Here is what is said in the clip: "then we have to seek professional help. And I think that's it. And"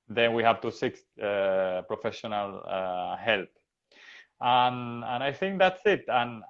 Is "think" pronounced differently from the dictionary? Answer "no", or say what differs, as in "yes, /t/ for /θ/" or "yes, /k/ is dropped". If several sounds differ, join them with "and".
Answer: no